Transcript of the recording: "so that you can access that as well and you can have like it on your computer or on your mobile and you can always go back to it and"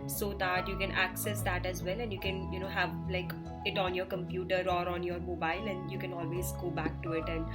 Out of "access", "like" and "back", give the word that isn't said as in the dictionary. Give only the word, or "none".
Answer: none